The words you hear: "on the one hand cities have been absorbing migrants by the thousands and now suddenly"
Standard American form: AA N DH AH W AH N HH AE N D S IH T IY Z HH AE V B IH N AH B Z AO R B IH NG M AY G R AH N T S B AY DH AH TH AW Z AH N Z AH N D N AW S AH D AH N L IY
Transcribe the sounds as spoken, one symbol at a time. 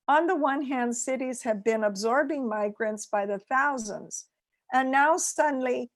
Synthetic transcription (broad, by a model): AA N DH AH W AH N HH AE N D S IH T IY Z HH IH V B IH N AH B Z AO R B IH NG M AY G R AH N T S B AY DH AH TH AW Z AH N Z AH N N AW S AH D N L IY